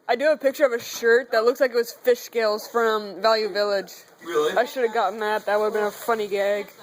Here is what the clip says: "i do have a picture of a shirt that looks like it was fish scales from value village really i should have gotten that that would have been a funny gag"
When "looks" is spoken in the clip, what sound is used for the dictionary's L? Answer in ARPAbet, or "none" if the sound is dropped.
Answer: L